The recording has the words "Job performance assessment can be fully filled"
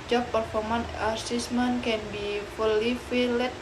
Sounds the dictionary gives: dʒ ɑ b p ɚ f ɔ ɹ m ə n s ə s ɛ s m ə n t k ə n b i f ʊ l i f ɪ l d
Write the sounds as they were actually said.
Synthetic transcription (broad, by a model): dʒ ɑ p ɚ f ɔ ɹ m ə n ə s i s m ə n k ə n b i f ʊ l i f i l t